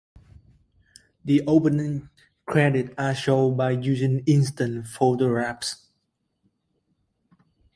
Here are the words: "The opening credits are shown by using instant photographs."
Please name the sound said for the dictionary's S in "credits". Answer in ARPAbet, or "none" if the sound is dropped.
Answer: none